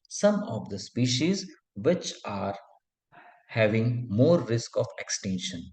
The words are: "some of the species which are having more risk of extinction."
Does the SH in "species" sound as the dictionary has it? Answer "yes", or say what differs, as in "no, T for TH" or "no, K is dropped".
yes